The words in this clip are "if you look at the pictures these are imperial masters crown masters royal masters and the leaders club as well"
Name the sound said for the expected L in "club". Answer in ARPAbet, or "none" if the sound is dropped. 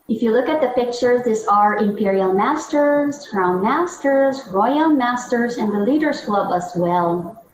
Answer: L